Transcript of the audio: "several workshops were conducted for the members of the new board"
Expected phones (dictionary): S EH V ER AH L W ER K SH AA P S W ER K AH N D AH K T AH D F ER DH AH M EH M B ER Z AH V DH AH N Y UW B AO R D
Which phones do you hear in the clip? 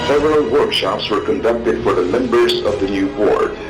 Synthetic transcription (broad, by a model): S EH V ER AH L W ER K SH AA P S W ER K AH N D AH K T AH D F ER DH AH M EH M B ER Z AH V DH AH N Y UW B AO R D